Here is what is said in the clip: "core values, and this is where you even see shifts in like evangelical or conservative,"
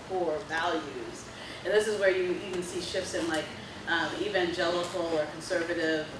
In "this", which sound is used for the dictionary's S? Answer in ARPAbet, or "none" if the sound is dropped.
S